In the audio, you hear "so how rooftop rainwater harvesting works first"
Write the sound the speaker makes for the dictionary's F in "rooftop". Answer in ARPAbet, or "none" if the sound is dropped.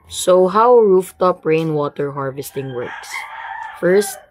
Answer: F